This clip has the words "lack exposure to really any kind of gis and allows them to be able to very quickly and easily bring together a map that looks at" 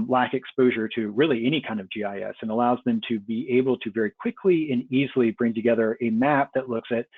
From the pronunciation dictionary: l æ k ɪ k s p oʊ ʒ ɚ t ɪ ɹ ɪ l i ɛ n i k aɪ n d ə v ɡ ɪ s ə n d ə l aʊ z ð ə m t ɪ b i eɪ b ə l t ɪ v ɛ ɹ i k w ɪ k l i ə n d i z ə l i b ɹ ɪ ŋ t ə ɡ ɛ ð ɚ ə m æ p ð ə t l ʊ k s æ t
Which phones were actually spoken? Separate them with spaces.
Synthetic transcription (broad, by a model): l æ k ɪ k s p oʊ ʒ ɚ t ɪ ɹ ɪ l i ɛ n i k aɪ n d ə v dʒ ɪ s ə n ə l aʊ z ð ə m t ɪ b i eɪ b l t ɪ v ɛ ɹ i k w ɪ k l i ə n i z l i b ɹ ɪ ŋ t ə ɡ ɛ ð ɚ ə m æ p ð ə t l ʊ k s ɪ t